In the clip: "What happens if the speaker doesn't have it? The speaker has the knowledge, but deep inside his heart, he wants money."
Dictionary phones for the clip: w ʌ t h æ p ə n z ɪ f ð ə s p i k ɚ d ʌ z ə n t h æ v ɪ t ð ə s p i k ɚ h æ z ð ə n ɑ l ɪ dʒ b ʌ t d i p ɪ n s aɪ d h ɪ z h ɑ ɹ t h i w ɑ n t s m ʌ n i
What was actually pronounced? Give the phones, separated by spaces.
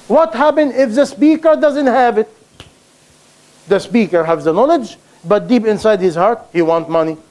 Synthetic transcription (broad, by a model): w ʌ t h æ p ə n ɪ f ð ə s p i k ɚ d ʌ z ə n t h æ v ɪ t ð ə s p i k ɚ h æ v ð ə n ɑ l ɪ dʒ b ʌ t d i p ɪ n s aɪ d h ɪ z h ɑ ɹ t h i w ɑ n t m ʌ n i